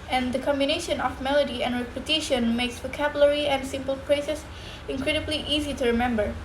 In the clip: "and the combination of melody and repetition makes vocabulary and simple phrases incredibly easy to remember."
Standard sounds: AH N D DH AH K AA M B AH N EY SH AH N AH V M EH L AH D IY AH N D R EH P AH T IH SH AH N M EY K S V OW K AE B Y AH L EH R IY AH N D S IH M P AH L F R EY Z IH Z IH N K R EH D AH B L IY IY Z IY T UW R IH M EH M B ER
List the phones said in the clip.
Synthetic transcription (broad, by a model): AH N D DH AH K AA M B AH N EY SH AH N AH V M EH L AH D IY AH N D R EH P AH T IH SH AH N M EY K S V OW K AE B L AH R IY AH N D S IH M P AH L P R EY S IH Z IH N K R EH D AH B L IY IY Z IY T UW R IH M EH M B ER